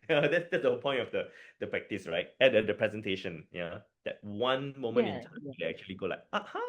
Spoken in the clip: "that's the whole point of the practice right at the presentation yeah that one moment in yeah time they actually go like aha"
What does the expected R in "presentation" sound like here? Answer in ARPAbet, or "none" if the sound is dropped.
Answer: R